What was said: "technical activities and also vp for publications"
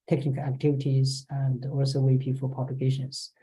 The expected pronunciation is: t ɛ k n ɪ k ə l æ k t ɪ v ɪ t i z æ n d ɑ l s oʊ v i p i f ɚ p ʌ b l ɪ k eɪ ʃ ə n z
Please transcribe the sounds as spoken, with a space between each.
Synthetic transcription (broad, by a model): t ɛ k n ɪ k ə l æ k t ɪ v ɪ t i z æ n d ɑ l s oʊ w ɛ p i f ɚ p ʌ b l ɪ k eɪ ʃ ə n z